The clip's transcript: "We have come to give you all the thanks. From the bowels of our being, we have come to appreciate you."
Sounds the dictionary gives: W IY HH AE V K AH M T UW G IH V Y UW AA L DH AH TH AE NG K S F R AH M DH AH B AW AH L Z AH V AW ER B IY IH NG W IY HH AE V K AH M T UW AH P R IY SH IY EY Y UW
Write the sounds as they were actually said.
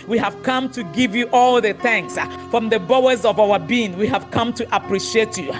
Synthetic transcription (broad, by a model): W IY HH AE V K AH M T UW G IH V Y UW AA L DH AH TH AE NG K S F R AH M DH AH B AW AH Z AH V AW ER B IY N W IY HH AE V K AH M T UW AH P R IY SH IY EY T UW